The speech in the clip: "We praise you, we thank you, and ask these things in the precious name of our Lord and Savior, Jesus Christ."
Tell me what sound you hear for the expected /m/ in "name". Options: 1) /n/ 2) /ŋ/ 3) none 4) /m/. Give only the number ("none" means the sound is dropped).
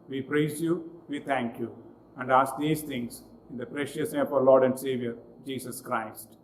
3